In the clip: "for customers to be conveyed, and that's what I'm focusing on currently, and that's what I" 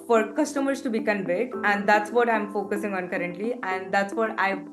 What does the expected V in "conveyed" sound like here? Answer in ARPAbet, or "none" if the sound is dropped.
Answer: B